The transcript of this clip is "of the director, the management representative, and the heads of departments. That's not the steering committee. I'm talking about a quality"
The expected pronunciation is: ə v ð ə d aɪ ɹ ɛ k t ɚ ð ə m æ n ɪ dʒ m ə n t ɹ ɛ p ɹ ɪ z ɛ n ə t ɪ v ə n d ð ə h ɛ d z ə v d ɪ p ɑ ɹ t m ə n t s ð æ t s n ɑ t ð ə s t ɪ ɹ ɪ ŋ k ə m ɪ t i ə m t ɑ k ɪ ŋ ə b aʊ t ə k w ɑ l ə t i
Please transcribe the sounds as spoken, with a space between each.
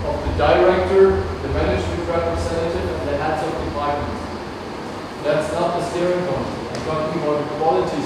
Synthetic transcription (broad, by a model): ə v ð ə d aɪ ɹ ɛ k t ɚ ð ə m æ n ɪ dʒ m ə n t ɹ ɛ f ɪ s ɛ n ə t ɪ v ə n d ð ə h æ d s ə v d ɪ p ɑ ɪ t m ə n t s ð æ t s n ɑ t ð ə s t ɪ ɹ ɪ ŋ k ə ɪ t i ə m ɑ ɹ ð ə ə k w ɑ l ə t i